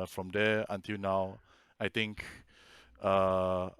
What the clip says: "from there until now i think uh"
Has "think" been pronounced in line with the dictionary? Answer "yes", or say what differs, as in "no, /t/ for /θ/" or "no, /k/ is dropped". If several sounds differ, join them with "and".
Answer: no, /t/ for /θ/